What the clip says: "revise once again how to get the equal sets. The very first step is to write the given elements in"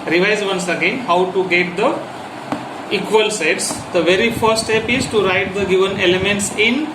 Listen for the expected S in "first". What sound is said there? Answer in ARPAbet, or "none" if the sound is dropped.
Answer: none